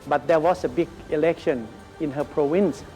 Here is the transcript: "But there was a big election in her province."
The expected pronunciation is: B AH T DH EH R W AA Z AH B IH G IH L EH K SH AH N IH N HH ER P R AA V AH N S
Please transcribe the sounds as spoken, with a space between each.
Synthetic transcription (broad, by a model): B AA T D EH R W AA S AH B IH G IH L EH K SH AH N IH N HH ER P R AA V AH N S